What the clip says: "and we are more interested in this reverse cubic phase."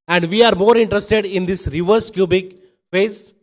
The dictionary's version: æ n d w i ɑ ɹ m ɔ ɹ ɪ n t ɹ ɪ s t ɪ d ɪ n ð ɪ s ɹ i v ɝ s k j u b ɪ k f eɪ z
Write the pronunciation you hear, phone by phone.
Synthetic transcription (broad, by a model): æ n d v i ɑ ɹ m ɔ ɹ ɪ n t ɹ ɪ s t ɪ d ɪ n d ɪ s ɹ i v ɝ s k j u b ɪ k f eɪ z